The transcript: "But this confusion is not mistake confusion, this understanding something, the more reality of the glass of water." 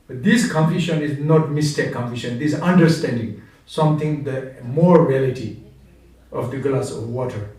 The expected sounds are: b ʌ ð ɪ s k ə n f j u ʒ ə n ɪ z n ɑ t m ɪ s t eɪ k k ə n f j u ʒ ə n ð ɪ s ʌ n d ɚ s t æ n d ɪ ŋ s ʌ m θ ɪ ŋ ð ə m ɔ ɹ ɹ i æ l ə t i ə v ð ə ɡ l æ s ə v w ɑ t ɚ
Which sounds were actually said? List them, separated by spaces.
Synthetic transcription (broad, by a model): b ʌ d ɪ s k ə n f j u ʃ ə n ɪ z n ɑ t m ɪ s t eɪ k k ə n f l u ʃ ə n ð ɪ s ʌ n d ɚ s t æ n d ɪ ŋ s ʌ m t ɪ ŋ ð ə m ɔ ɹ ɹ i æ l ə t i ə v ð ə ɡ l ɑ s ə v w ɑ t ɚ